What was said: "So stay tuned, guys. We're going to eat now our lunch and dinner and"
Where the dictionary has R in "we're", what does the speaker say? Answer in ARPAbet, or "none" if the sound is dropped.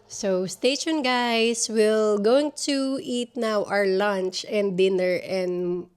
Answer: L